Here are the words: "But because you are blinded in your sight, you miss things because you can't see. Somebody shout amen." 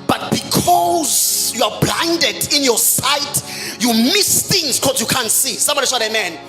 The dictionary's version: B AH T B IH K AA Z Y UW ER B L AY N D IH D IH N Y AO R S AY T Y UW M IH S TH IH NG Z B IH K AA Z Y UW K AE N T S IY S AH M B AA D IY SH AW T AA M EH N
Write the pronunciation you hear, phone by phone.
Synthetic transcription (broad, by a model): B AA T B IH K AA Z Y UW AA B L AY N D IH D IH N Y AO S AY T Y UW M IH S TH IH NG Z K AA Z Y UW K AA N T S IY S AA M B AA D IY S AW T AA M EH N